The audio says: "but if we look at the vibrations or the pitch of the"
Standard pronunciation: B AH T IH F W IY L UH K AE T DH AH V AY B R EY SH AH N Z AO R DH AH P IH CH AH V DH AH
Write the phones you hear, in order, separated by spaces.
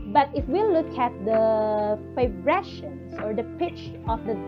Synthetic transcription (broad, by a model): B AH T IH F W IY L UH K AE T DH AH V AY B R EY SH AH N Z AO R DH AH P IH CH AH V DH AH